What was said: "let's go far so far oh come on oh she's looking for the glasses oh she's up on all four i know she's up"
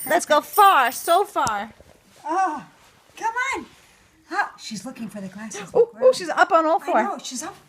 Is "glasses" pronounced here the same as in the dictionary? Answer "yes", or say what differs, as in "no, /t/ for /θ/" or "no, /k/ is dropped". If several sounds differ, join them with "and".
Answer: no, /z/ is dropped